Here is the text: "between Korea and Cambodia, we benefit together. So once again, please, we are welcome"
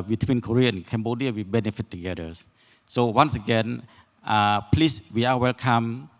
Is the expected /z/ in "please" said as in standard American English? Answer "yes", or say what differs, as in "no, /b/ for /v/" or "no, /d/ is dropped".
no, /s/ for /z/